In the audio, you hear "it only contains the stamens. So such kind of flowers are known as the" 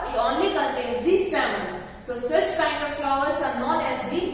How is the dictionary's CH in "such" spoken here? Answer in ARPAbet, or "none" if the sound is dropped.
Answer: CH